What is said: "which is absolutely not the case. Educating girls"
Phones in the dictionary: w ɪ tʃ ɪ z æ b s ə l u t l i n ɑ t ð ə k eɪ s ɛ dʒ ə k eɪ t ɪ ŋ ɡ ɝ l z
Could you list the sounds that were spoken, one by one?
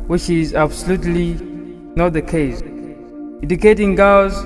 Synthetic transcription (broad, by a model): w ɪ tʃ ɪ z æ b s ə l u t l i n ɑ t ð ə k eɪ s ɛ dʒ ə k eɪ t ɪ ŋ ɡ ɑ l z